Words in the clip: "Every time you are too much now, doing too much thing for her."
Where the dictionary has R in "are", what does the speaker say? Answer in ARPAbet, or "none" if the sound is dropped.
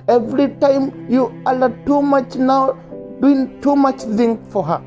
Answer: L